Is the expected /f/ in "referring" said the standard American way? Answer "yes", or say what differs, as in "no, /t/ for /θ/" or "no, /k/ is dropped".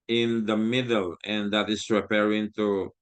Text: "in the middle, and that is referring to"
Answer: no, /p/ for /f/